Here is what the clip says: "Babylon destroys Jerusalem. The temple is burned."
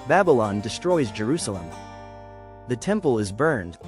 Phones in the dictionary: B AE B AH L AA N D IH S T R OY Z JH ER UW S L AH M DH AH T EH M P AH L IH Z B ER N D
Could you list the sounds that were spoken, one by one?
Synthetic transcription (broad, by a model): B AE B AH L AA N D IH S T R OY Z JH ER UW S L AH M DH AH T EH M P AH L IH Z B ER N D